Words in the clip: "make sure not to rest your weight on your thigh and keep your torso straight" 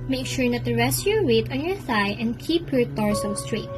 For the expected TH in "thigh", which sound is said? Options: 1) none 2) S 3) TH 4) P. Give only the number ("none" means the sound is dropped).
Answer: 2